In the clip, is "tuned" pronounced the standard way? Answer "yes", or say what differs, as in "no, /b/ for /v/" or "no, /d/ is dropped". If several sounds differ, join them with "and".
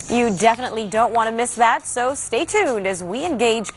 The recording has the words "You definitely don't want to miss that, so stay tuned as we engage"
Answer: yes